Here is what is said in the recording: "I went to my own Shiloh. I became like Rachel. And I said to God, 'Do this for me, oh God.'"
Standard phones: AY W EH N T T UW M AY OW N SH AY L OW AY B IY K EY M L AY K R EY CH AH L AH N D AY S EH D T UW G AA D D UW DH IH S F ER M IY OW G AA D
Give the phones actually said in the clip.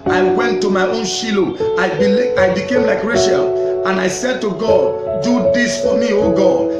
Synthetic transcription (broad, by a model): AY W EH N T T UW M AY OW N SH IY L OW AY B IY K EY M L AY K R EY SH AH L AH N AY S EH D T UW G AA D D UW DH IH S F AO M IY OW G AA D